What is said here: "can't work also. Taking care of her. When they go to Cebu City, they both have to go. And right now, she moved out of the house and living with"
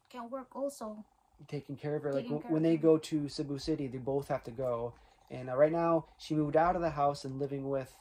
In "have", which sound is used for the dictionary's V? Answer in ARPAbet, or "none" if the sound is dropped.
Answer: F